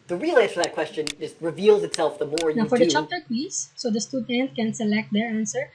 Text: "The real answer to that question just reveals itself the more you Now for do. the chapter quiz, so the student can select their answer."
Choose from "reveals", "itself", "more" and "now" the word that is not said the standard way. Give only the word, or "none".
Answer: none